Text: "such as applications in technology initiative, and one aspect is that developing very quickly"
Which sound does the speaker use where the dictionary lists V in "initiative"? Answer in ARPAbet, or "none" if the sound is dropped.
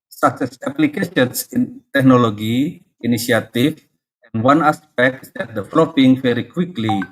F